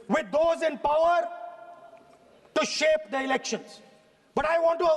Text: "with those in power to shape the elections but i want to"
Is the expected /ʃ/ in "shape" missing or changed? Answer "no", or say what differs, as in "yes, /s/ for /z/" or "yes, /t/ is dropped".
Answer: no